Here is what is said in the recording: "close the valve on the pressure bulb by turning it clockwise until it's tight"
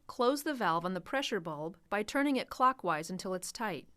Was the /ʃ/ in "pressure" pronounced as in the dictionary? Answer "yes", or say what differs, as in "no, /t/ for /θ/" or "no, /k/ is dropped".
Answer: yes